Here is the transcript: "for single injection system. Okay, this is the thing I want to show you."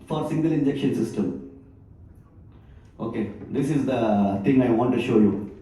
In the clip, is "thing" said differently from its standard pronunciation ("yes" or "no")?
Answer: yes